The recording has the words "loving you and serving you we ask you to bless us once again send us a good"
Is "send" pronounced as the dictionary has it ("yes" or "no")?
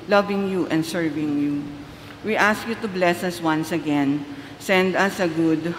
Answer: yes